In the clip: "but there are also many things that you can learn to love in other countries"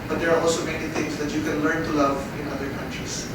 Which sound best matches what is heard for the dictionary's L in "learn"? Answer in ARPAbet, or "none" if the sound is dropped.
L